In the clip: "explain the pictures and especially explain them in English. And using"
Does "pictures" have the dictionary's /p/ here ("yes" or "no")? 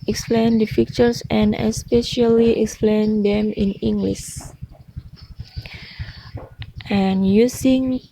no